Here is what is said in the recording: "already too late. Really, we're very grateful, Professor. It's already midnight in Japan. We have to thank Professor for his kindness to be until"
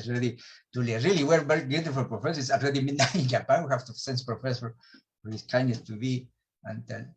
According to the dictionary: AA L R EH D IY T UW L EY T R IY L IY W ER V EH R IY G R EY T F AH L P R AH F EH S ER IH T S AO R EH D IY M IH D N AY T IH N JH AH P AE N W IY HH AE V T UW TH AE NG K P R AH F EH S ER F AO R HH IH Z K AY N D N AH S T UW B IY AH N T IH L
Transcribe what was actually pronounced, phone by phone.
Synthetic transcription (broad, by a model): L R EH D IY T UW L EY R IY L IY W ER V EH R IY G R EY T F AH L P R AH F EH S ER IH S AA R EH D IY M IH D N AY IH N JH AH P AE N W IY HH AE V T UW S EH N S P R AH F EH S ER F AO R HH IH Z K AY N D AH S T UW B IY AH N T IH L